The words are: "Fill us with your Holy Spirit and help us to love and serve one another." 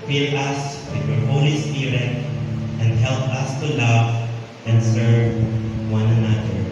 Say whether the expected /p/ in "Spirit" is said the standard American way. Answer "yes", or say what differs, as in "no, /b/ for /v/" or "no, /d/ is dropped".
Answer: no, /p/ is dropped